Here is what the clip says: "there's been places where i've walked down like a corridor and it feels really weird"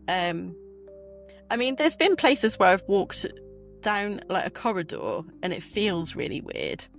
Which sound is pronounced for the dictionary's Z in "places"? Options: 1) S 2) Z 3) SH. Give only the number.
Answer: 2